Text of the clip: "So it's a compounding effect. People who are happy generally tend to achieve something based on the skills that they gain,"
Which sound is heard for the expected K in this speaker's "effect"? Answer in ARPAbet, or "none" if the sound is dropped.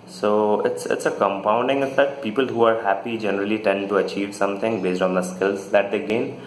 none